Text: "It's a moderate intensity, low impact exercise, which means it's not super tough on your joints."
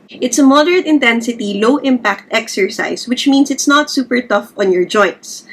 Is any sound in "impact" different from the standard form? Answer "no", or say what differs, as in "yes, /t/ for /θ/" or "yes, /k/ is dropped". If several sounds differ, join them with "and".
no